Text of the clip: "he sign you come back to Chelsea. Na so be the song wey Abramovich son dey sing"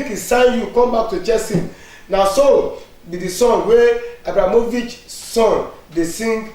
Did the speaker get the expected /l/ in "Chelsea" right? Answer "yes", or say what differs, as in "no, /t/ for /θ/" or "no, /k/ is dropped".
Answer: no, /l/ is dropped